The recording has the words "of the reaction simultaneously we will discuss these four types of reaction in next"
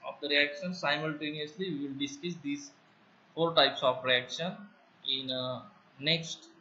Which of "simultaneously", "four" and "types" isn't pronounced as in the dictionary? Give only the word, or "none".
none